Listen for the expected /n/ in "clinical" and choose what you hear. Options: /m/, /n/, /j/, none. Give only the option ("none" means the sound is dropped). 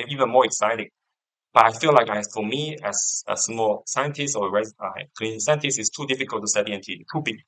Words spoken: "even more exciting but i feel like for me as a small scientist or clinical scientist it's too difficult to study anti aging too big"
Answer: none